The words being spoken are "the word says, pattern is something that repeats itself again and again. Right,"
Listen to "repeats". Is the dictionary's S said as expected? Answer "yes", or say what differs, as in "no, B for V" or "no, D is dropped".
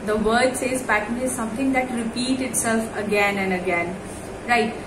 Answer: no, S is dropped